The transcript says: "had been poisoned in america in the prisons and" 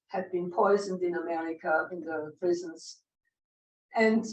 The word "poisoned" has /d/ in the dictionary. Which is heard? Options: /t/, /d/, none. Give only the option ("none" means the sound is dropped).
/d/